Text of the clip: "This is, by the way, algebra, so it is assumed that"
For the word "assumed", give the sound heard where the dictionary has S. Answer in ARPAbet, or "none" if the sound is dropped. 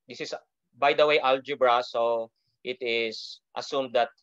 S